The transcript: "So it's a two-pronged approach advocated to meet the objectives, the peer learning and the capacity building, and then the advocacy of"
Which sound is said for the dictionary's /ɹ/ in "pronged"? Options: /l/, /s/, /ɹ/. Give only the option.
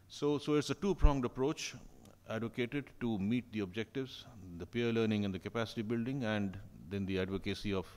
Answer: /ɹ/